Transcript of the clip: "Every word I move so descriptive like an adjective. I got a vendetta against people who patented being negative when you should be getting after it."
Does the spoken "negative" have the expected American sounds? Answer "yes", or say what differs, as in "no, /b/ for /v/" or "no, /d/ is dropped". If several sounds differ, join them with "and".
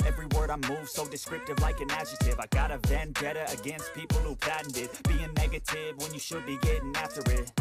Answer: yes